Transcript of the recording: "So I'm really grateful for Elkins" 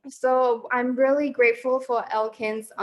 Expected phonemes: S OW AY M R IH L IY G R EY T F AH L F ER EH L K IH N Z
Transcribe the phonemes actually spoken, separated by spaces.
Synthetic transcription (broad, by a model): S OW AY M R IH L IY G R EY T F L F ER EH L K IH N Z